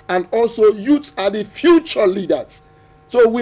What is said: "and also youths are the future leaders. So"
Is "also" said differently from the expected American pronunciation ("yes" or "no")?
no